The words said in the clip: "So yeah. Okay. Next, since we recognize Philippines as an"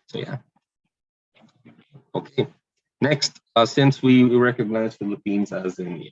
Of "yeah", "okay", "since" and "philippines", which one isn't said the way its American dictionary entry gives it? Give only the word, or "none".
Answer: none